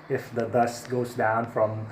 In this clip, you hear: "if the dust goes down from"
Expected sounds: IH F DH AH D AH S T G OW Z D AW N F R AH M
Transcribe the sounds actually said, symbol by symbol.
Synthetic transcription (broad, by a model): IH F DH AH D AH S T G OW Z D AW N F R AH M